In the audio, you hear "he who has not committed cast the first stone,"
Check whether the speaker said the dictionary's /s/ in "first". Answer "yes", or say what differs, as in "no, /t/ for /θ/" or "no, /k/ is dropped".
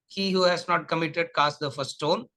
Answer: no, /s/ is dropped